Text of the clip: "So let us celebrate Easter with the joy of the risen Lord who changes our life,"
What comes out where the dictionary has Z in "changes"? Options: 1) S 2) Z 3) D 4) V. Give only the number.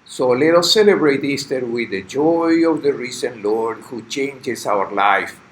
1